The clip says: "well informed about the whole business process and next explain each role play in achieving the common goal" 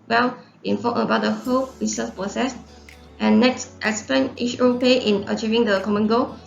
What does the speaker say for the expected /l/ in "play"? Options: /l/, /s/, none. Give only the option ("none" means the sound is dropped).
none